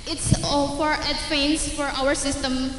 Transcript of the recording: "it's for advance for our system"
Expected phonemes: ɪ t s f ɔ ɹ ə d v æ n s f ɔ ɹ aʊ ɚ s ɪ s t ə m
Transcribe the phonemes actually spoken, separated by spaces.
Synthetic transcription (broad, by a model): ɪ t s f ɔ ɹ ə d f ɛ n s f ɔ ɹ aʊ ɚ s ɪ s t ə m